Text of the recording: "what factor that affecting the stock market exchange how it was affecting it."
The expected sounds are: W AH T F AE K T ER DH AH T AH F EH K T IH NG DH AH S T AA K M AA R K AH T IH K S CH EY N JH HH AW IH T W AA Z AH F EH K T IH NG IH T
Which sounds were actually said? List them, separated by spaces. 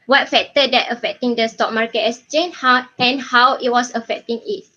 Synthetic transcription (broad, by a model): W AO T F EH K T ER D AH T AH F EH K T IH NG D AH S T AA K M AA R K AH T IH S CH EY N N HH AW IH T W AA S AH F EH K T IH NG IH T